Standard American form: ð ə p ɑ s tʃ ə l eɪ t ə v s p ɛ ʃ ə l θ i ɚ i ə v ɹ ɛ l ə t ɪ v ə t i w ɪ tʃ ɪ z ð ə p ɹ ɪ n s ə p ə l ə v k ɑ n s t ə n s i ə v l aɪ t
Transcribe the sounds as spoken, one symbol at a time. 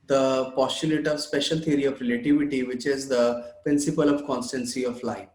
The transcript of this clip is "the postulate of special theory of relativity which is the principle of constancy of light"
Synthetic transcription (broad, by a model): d ə p ɑ s tʃ ə l eɪ t ə v s p ɛ ʃ ə l t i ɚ i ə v ɹ ɛ l ə t ɪ v ə t i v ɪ tʃ ɪ z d ə p ɹ ɪ n s ə p ə l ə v k ɑ n s t ə n s i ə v l aɪ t